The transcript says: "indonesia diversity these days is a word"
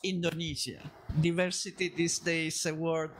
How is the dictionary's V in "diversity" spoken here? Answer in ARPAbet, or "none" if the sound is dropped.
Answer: V